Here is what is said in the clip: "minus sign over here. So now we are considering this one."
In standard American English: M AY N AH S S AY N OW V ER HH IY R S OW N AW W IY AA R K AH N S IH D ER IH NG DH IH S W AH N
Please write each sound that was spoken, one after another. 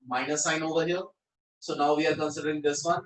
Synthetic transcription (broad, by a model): M AY N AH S S AY N OW V ER HH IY L S OW N AW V IY AA R K AH N S IH D ER IH NG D IH S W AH N